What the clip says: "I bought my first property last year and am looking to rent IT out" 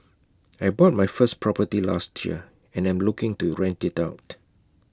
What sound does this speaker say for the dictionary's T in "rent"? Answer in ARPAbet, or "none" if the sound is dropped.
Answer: T